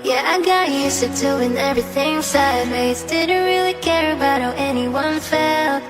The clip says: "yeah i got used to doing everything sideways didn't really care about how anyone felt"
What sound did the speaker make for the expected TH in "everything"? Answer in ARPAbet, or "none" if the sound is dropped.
TH